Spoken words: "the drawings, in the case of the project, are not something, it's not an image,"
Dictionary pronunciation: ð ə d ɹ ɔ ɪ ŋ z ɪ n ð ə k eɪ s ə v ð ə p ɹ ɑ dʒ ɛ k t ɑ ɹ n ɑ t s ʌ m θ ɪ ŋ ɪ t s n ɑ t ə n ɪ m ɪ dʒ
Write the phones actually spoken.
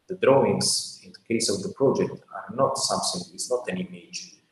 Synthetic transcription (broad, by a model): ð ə d ɹ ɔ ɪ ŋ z ɪ n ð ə k eɪ s ə v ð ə p ɹ ɑ dʒ ɛ k t ɑ ɹ n ɑ t s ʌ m s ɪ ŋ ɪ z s n ɑ t ə n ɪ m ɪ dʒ